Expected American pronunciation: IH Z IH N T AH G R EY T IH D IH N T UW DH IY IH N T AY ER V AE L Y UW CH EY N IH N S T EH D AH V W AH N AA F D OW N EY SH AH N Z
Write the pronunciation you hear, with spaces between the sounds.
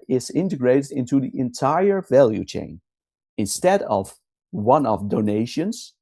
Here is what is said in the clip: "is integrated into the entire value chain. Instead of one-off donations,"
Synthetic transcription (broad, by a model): IH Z IH N T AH G R EY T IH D IH N T UW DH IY IH N T AY ER V AE L Y UW CH EY N IH N S T EH D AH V W AH N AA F D OW N EY SH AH N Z